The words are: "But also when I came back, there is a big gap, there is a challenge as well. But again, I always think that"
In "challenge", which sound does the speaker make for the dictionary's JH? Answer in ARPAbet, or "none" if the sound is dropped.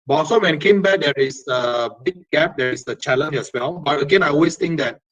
none